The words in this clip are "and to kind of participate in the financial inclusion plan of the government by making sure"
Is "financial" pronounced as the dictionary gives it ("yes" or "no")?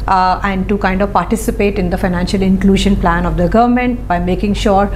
yes